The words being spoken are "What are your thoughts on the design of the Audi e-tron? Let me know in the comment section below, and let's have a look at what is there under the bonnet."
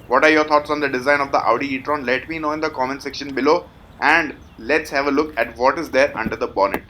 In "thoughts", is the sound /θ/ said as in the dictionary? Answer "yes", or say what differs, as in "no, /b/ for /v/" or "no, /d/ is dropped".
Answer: no, /t/ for /θ/